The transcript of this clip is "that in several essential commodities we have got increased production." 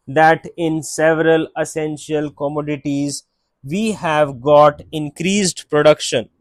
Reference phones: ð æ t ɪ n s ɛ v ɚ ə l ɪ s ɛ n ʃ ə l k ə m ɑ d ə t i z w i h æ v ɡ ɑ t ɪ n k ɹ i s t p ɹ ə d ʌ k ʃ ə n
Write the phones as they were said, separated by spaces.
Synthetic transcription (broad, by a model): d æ t ɪ n s ɛ v ɚ ə l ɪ s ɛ n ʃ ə l k ə m ɑ d ə t i z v i h æ v ɡ ɑ t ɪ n k ɹ i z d p ɹ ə d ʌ k ʃ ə n